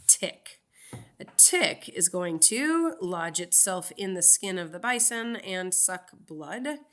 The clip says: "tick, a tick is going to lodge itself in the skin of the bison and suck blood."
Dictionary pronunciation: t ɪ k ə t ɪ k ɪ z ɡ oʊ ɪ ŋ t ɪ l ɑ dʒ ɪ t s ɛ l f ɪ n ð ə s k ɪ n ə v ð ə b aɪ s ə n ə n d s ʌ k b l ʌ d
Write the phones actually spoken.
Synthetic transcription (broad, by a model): t ɪ k ə t ɪ k ɪ z ɡ oʊ ɪ ŋ t ɪ l ɑ dʒ ɪ t s ɛ l f ɪ n ð ə s k ɪ n ə v ð ə b aɪ s ə n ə n s ʌ k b l ʌ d